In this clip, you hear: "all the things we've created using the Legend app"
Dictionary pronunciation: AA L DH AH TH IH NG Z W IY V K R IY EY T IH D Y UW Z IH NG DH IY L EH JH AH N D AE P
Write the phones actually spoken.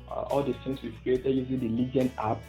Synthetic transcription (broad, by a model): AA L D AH S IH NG S W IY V K R IY EY T IH D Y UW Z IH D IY L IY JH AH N AA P